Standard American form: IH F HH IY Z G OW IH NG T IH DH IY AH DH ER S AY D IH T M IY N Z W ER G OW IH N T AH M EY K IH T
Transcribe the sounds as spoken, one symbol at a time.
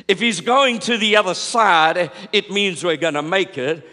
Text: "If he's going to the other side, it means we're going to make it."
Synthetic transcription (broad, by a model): IH F HH IY Z G OW IH NG T IH DH IY AH DH ER S AY D IH T M IY N Z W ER G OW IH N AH M EY K IH T